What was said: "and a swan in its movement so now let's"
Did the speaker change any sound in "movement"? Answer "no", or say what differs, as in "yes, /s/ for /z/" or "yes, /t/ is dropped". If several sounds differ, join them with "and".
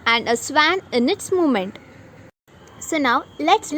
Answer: yes, /v/ is dropped